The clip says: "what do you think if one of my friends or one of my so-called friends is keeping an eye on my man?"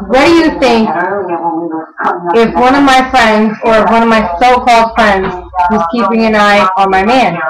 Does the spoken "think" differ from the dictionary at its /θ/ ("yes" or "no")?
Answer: no